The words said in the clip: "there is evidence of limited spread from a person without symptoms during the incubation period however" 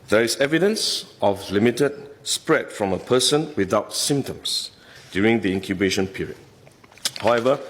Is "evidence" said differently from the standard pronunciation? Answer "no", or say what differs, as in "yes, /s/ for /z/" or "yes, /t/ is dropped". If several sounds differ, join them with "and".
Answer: no